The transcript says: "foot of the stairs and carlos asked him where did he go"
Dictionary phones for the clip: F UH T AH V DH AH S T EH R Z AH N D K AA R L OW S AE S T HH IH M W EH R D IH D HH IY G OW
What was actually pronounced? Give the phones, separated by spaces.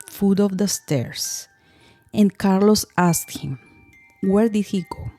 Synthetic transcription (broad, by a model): F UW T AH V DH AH S T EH R S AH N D K AA R L OW S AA S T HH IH M W EH R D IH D HH IY G OW